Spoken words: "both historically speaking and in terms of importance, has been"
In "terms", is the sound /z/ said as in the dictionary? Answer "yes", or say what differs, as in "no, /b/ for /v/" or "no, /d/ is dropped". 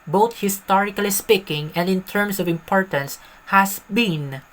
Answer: no, /s/ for /z/